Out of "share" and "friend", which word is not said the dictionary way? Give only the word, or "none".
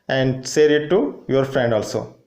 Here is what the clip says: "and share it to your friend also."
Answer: share